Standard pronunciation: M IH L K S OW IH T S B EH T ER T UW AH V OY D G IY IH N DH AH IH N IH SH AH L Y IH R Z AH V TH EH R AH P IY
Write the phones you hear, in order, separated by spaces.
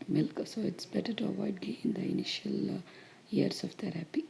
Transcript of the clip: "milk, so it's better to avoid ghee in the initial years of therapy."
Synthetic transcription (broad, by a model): M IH L K S OW IH T S B EH T ER T UW AH V OY D G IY IH N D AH IH N IH SH AH L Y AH R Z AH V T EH R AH P IY